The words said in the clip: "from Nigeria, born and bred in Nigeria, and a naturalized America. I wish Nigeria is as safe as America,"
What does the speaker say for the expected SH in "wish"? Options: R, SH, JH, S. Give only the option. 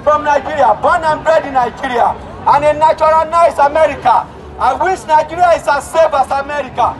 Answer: S